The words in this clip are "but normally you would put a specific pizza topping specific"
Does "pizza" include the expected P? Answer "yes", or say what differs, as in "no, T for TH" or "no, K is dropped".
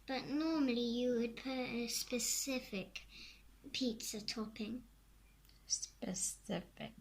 yes